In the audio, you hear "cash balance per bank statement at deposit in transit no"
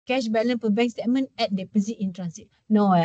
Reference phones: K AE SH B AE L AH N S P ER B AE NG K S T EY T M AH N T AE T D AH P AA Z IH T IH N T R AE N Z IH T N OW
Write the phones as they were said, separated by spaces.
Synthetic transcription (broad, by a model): K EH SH B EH L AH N P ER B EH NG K S T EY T M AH N EH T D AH P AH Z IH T IH N T R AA N S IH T N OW